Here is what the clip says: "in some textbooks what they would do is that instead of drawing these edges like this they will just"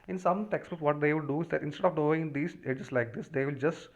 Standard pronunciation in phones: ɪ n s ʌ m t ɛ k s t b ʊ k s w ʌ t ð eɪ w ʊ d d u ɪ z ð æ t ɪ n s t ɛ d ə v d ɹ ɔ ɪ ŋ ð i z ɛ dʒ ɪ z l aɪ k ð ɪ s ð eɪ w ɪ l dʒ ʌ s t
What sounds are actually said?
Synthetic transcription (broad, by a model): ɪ n s ʌ m t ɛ k s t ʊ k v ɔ t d eɪ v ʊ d d u ɪ z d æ t ɪ n s t ɛ d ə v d ɔ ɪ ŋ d i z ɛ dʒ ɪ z l aɪ k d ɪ s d eɪ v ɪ l dʒ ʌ s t